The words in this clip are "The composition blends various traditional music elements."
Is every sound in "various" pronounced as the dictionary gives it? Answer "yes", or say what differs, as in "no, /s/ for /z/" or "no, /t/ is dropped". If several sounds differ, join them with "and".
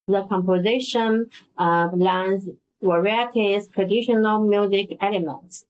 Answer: no, /w/ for /v/